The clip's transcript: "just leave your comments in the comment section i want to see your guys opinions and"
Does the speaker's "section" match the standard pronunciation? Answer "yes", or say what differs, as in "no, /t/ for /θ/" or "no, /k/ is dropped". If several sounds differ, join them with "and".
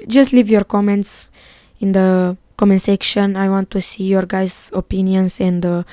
yes